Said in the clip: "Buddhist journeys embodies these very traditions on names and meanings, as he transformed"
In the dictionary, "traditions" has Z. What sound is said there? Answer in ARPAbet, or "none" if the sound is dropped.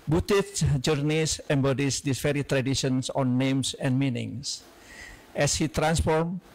S